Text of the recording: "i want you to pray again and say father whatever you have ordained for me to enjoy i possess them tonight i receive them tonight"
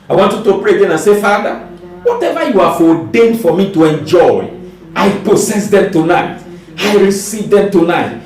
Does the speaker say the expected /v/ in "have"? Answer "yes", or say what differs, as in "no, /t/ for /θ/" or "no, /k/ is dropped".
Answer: no, /f/ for /v/